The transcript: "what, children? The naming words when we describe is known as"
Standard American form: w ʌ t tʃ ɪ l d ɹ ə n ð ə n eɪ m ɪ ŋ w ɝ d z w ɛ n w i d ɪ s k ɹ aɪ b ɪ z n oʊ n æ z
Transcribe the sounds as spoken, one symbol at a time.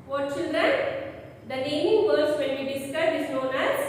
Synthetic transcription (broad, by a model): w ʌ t tʃ ɪ l d ɹ ə n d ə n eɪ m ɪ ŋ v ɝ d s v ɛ n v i d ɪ s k aɪ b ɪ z n oʊ n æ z